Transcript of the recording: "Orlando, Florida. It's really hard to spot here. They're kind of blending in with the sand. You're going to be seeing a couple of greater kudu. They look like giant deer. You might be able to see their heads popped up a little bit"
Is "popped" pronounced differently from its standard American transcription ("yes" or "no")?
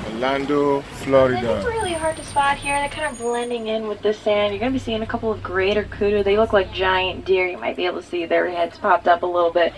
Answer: no